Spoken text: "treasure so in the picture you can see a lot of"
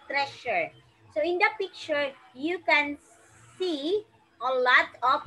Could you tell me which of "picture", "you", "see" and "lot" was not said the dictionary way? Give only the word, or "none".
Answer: none